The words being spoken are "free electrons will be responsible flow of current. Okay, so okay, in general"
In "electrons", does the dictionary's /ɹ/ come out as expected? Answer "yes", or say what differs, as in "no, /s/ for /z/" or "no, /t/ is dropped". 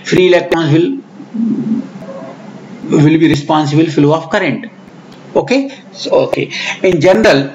no, /ɹ/ is dropped